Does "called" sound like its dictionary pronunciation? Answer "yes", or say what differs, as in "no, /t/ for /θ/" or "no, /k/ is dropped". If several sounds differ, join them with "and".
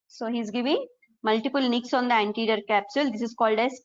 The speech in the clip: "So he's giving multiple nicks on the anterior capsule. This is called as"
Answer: yes